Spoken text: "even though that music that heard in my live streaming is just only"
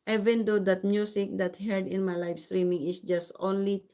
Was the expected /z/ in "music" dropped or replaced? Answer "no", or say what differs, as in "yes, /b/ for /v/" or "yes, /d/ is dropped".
yes, /s/ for /z/